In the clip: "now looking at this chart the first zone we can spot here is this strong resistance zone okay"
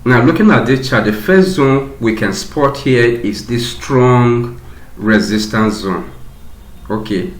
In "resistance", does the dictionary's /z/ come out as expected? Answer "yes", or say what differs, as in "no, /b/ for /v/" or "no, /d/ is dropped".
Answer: yes